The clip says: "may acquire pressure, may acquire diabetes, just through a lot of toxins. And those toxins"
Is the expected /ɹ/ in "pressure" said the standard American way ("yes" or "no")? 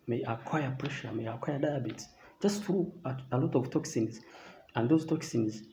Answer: yes